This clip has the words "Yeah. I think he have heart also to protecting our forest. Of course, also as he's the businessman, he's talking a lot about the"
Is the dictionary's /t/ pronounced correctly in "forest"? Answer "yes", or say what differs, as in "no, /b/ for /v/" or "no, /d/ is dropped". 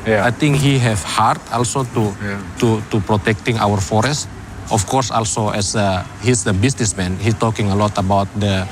yes